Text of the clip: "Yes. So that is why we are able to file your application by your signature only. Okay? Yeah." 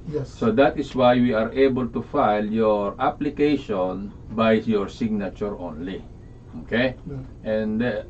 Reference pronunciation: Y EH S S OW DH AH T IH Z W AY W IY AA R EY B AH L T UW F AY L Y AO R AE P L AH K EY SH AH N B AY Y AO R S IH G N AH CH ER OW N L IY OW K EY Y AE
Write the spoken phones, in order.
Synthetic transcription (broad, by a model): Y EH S S OW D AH T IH S W AY W IY AA R EY B AH L T UW F AY L Y AO R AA P L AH K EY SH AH N B AY Y AO R S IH G N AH CH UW OW N L IY OW K EY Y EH